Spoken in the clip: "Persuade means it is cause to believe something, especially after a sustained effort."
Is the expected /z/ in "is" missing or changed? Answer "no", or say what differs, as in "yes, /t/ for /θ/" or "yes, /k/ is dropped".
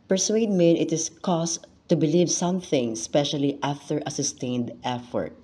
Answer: yes, /s/ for /z/